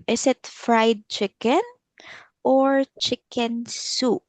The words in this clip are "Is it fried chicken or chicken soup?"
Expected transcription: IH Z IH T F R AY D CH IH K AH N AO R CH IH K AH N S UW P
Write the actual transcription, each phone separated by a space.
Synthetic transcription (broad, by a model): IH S IH T F R AY D CH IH K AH N AO R CH IH K AH N S UW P